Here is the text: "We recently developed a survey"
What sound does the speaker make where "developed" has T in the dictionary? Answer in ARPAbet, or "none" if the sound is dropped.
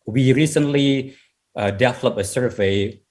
none